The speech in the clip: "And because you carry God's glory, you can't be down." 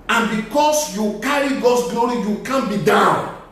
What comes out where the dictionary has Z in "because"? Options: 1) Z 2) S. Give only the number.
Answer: 2